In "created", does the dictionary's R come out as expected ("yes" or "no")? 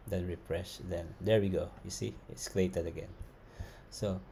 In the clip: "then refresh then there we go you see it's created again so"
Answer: no